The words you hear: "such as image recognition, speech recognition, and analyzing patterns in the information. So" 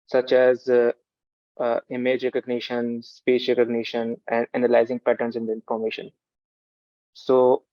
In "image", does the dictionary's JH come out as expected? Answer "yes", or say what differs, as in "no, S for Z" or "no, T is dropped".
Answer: yes